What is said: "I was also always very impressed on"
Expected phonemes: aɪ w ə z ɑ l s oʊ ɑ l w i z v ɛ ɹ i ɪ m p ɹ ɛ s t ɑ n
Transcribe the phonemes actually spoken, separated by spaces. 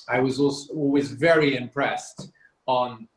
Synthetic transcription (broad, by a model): aɪ w ə z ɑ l s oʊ ɑ l w i z v ɛ ɹ i ɪ m p ɹ ɛ s t n